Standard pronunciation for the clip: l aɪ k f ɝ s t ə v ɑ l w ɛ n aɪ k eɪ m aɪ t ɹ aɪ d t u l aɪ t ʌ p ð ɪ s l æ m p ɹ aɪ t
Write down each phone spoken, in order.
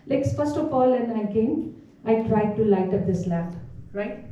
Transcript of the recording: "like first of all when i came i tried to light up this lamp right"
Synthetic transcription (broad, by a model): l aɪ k f ɝ s t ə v ɑ l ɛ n aɪ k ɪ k aɪ t ɹ aɪ d t u l aɪ t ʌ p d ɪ s l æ p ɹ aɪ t